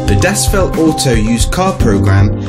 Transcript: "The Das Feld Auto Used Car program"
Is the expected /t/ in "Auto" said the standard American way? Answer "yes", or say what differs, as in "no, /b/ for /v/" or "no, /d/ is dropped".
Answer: no, /s/ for /t/